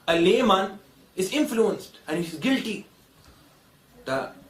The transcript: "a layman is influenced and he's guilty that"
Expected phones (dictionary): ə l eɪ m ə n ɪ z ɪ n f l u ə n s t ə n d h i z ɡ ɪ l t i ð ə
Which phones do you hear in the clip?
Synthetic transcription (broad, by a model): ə l eɪ m ə n ɪ z ɪ n f l u ə n s t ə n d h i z ɡ ɪ l t i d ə